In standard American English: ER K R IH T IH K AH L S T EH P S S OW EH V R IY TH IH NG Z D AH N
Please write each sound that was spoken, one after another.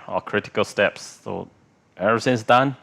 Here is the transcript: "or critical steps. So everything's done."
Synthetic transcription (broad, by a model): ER K R IH T IH K AH L S T EH P S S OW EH R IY S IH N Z D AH N